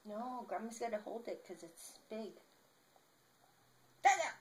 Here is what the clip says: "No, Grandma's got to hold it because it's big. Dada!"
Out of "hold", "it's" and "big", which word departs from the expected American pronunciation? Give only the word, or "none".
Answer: none